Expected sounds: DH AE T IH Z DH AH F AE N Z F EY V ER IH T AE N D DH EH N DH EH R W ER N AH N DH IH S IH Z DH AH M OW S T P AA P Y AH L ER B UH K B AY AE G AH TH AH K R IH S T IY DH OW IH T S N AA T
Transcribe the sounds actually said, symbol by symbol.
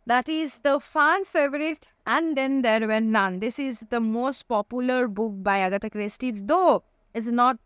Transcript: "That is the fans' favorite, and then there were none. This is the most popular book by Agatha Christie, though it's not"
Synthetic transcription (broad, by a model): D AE T IH Z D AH F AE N F EY V ER IH T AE N D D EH N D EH R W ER N AH N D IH S IH Z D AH M OW S T P AA P Y AH L ER B UH K B AY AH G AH T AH K R IH S T IY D OW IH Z N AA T